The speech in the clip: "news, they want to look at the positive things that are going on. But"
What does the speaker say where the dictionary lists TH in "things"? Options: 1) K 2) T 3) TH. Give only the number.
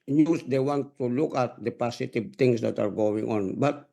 2